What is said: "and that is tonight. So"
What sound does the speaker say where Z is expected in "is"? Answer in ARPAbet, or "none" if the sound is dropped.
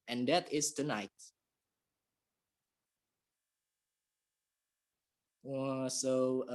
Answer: S